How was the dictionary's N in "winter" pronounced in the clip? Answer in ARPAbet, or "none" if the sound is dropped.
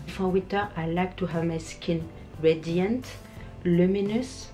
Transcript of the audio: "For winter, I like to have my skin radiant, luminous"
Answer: none